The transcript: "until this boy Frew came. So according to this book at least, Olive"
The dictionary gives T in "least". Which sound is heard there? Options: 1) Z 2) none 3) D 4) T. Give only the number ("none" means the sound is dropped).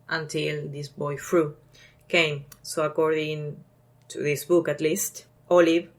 4